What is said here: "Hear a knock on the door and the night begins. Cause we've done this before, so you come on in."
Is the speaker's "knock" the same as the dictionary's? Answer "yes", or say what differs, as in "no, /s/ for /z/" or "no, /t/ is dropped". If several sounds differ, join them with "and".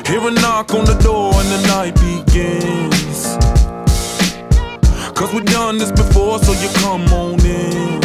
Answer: yes